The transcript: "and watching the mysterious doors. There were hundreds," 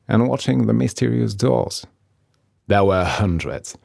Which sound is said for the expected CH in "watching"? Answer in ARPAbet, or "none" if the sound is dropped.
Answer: CH